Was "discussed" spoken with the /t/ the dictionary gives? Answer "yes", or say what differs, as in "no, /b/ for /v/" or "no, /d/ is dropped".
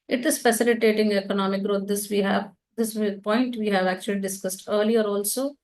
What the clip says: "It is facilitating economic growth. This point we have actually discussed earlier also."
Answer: yes